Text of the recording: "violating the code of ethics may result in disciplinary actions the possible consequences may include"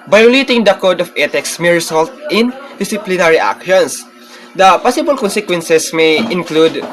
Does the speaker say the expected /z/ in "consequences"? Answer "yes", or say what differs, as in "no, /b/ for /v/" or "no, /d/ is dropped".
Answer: no, /s/ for /z/